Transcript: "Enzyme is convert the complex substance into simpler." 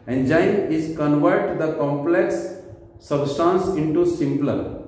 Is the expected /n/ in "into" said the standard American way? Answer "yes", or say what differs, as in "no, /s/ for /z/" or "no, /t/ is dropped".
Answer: yes